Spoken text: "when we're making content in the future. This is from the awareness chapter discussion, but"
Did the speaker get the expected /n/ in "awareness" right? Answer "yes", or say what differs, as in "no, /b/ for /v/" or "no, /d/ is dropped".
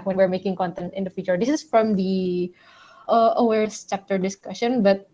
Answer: no, /n/ is dropped